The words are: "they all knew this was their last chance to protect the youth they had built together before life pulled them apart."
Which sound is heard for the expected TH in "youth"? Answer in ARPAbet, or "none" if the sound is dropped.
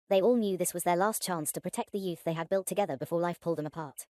TH